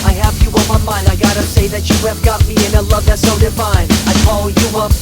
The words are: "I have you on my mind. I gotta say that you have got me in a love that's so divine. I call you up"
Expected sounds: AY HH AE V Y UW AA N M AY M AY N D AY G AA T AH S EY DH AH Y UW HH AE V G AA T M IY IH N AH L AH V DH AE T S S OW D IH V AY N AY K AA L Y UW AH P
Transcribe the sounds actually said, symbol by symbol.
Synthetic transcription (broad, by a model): AY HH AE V Y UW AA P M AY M AY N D AY G AA T AH S EY DH AH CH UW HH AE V G AA T M IY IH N AH L AH V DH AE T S S OW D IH F AY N AY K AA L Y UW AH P